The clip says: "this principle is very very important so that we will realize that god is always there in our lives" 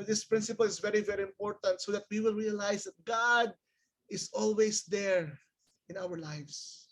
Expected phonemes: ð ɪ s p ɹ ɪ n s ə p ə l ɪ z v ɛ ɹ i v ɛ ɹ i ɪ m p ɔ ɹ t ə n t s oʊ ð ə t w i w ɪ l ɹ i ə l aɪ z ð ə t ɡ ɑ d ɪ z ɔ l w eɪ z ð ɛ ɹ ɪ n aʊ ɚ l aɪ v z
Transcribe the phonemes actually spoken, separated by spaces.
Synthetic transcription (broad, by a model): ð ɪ s p ɹ ɪ n s ə p ə l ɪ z v ɛ ɹ i v ɛ ɹ i ɪ m p ɔ ɹ t ə n t s oʊ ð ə t w i w ɪ l ɹ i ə l aɪ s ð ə t ɡ ɑ d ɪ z ɔ l w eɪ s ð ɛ ɹ ɪ n aʊ ɚ l aɪ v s